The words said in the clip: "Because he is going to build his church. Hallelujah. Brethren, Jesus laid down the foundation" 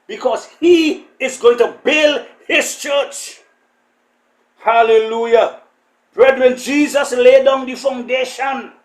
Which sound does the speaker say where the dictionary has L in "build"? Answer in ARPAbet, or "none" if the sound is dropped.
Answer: L